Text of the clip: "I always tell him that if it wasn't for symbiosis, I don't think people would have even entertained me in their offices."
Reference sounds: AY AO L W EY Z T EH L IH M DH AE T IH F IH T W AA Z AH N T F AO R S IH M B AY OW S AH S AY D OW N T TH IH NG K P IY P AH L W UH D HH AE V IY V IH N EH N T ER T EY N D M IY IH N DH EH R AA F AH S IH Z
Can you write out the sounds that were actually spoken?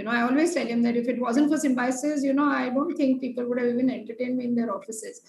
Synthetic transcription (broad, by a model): AY AO L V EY T EH L IH M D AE T IH F IH T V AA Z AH N T F AO R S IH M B AY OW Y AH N AY D OW N T T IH NG K P IY P AH L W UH D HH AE V IY V IH N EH N T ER T EY N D M IY IH N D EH R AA F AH S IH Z